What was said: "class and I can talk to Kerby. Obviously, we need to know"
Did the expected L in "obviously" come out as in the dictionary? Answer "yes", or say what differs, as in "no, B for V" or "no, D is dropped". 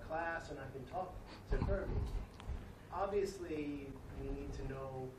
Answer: yes